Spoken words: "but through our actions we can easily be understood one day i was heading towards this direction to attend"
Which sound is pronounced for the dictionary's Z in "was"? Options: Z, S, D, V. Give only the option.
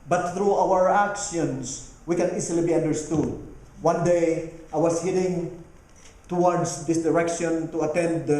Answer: S